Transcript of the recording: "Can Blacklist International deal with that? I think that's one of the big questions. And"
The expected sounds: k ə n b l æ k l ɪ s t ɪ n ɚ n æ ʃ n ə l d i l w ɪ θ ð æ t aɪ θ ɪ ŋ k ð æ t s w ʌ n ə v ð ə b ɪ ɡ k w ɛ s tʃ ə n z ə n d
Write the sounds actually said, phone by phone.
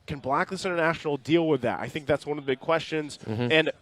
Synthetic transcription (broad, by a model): k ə n b l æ k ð ɪ s ɪ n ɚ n æ ʃ n l d i l w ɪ ð æ t aɪ θ ɪ ŋ k ð æ t s w ʌ n ə v ð ə b ɪ ɡ k w ɛ s tʃ ə n z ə n